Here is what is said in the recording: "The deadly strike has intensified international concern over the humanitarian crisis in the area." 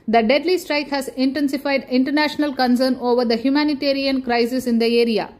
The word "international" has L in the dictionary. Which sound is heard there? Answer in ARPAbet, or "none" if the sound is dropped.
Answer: L